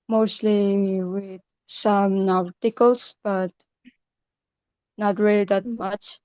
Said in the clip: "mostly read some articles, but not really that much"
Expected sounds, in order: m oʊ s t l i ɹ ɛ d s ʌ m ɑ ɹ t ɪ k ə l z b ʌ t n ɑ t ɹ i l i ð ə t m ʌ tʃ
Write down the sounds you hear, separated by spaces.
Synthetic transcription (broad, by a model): m oʊ s t l i w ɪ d s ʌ m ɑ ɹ t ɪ k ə l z b ʌ t n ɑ t ɹ i l i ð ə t m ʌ tʃ